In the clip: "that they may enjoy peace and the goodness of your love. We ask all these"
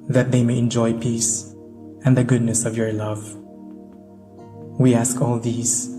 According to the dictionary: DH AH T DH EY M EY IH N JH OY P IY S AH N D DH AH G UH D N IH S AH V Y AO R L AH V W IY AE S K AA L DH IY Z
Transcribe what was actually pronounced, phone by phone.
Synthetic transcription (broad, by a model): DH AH T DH EY M EY IH N JH OY P IY S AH N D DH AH G UH D N IH S AH V Y AO R L AH V W IY AE S K AA L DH IY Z